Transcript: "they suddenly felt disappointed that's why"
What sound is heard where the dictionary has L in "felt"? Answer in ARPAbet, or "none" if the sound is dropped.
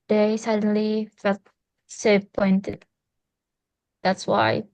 none